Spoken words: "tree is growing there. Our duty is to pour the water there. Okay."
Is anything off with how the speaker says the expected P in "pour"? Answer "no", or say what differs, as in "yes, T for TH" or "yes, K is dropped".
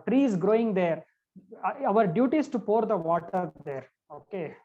no